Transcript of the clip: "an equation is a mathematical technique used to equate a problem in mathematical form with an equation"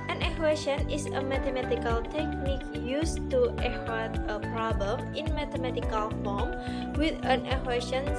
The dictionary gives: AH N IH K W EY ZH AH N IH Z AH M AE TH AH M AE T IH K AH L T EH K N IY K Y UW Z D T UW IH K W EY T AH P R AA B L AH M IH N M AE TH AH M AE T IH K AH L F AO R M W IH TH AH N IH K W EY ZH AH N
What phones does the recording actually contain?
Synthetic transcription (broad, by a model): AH N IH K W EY SH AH N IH S AH M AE T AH M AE T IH K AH L T EH K N IY K Y UW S T UW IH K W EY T AH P R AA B AH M IH N M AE T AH M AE T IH K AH L F AO M W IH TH AH N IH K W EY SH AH N